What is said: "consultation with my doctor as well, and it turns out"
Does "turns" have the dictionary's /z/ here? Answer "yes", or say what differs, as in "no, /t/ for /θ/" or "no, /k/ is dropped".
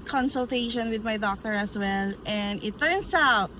no, /s/ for /z/